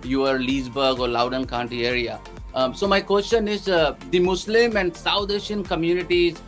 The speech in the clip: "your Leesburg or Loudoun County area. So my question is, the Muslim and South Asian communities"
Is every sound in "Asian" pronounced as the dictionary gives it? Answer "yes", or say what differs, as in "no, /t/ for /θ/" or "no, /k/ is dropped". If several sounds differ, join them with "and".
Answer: no, /ʃ/ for /ʒ/